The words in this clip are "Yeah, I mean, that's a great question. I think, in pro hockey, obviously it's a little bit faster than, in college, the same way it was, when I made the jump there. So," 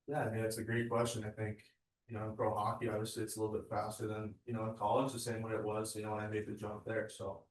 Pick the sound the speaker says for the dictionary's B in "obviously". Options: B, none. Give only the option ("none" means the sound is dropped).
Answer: none